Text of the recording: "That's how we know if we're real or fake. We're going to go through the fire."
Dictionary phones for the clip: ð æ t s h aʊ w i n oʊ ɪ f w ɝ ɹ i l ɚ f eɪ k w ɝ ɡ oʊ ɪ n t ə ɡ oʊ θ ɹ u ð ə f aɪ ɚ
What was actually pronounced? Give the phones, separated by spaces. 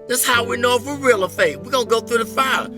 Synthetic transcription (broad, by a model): ð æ t s h aʊ w i n oʊ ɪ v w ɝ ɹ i l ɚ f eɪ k w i ɡ oʊ ɪ n ɡ oʊ θ ɹ u ð ə f aɪ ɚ